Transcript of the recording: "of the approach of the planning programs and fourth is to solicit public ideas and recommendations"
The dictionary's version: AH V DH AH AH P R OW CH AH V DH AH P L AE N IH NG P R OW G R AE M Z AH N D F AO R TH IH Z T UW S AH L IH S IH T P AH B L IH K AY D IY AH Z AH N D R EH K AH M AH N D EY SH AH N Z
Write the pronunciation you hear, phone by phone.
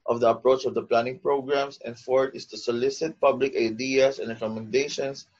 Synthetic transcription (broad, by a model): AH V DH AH AH P R OW CH AH V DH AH P L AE N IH NG P R OW G R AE M S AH N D F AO R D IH S T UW S AH L IH S IH T P AH B L IH K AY D IY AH S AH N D R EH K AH M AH N D EY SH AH N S